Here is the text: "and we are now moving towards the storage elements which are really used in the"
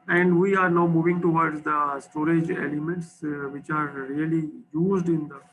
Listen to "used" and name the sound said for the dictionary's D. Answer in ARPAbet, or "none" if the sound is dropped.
D